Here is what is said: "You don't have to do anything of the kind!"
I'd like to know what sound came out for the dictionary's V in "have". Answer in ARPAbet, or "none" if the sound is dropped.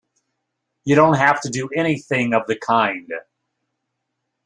F